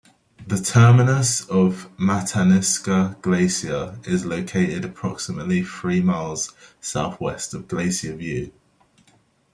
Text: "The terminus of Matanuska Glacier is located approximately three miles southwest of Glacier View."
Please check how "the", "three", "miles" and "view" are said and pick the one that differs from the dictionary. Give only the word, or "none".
none